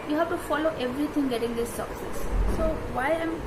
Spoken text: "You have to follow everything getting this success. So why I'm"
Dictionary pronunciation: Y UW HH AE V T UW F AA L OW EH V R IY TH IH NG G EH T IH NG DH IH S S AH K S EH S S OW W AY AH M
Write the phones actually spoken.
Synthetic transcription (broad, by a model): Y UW HH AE F T UW F AA L OW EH V R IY T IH NG G EH T IH NG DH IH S S AH K S EH S S OW W AY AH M